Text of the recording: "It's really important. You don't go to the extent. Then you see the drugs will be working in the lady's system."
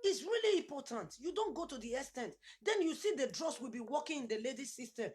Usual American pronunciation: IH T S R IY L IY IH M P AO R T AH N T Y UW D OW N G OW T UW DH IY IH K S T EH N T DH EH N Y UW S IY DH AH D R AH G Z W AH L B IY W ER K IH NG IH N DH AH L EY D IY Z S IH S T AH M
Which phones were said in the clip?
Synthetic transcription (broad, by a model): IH T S R IY L IY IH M P AO T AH N T Y UW D OW N G OW T UW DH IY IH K S T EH N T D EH N Y UW S IY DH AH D R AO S W AH L B IY W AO K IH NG IH N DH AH L EY D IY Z S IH S T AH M